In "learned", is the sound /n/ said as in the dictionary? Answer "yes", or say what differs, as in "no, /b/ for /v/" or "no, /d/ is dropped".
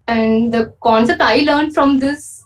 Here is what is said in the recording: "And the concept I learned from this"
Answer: yes